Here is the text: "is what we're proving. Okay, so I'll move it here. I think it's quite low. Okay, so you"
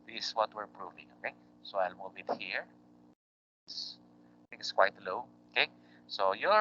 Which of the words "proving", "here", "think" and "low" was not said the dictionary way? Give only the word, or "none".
think